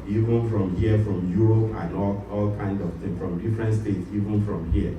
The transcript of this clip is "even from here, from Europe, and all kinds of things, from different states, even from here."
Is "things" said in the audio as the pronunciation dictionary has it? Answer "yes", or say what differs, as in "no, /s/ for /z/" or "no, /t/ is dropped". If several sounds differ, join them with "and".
no, /z/ is dropped